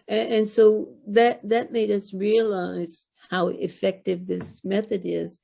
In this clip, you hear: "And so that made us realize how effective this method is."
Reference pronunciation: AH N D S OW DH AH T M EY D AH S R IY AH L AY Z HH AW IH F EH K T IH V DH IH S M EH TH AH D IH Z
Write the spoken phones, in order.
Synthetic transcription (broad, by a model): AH N S OW DH AH T M EY D AH S R IY AH L AY Z HH AW IH F EH K T IH V DH IH S M EH TH AH D IH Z